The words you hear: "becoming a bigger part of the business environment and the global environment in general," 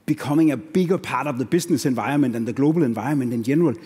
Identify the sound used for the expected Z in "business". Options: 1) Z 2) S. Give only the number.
2